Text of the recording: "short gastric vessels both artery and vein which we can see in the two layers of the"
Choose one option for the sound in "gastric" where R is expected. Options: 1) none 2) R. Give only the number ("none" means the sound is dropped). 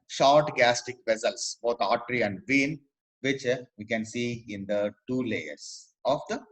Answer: 1